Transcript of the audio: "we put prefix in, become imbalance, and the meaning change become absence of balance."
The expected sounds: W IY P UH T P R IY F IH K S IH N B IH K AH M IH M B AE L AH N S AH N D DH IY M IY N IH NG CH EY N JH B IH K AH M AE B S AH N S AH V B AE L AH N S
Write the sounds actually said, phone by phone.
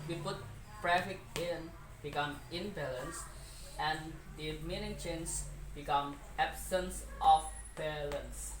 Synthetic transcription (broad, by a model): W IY P UH T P R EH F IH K IH N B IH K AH M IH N B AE L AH N S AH N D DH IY M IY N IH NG CH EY N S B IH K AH M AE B S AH N S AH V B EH L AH N S